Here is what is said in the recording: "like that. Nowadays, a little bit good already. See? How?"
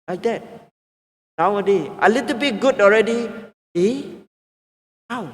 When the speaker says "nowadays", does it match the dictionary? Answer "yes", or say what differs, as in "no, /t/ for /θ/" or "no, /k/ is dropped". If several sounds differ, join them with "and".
no, /z/ is dropped